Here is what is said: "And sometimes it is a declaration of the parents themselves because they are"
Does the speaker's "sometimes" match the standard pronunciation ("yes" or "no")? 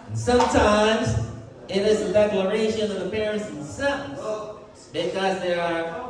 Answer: yes